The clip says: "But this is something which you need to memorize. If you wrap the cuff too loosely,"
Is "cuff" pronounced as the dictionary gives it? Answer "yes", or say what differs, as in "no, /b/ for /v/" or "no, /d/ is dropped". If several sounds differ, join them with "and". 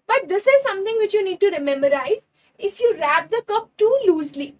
no, /p/ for /f/